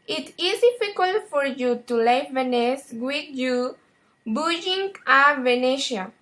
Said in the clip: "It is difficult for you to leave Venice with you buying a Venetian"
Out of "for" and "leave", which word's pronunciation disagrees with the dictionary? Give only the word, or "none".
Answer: leave